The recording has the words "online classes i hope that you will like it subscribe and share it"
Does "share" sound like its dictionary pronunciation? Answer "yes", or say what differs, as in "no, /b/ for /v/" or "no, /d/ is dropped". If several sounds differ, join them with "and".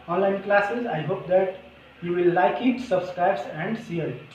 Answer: no, /s/ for /ʃ/